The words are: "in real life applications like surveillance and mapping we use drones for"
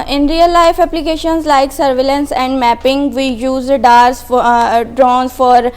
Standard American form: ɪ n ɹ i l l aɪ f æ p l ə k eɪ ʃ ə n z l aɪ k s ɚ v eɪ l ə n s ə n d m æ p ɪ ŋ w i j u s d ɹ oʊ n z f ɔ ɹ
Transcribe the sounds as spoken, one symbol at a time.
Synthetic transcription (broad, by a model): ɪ n ɹ i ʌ l aɪ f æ p l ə k eɪ ʃ ə n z l aɪ k s ɚ v eɪ l ə n s ə n d m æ p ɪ ŋ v i j u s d ɹ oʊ n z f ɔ ɹ